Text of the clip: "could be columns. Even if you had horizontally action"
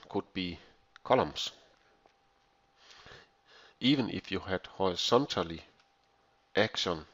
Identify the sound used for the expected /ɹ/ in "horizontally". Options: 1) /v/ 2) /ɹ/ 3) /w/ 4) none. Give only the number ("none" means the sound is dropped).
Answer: 4